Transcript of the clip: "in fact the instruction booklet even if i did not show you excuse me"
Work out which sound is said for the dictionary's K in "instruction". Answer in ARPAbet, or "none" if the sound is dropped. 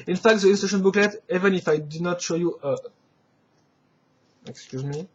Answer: none